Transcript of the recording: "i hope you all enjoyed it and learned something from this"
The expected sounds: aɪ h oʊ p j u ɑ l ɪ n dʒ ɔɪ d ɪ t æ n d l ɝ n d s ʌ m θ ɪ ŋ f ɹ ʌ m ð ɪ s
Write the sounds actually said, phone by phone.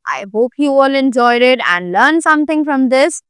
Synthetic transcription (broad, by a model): aɪ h oʊ p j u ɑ l ɪ n dʒ ɔɪ d ɪ t æ n d l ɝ n s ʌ m t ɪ ŋ f ɹ ʌ m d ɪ s